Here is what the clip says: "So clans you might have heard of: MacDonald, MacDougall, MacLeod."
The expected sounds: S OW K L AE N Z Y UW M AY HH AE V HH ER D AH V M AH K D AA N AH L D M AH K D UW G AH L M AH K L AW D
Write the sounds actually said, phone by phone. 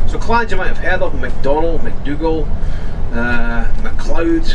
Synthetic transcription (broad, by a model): S OW K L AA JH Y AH M AY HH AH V HH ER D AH P M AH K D AA N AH L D M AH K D UW G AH L M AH K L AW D